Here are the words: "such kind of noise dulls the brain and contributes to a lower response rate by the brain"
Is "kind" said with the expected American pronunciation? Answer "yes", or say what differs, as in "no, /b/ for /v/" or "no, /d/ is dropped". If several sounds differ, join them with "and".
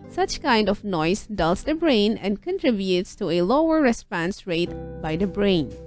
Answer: yes